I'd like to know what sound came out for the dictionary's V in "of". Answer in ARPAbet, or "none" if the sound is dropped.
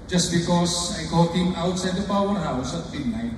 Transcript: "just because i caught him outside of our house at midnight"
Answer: P